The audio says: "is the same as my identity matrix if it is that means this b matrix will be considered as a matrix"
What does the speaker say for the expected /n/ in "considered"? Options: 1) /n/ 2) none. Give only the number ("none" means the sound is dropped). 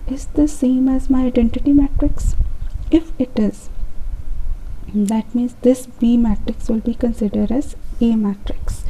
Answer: 1